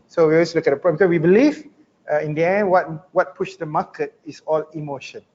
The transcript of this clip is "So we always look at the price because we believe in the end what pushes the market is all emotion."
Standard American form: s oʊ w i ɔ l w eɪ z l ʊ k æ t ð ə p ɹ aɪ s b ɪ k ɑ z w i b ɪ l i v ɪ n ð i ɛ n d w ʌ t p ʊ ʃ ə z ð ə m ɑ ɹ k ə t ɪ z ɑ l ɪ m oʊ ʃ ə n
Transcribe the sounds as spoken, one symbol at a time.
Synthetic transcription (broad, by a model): s oʊ w i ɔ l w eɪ s l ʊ k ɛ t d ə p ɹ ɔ b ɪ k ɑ s w i b ɪ l i v ɪ n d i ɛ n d w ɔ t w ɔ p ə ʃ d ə m ɑ k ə t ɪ s ɑ l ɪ m oʊ ʃ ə n